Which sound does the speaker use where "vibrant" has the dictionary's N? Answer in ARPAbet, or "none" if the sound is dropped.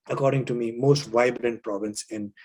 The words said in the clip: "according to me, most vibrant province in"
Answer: N